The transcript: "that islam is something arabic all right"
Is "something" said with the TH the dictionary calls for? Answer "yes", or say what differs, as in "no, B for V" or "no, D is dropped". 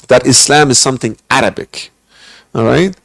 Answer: yes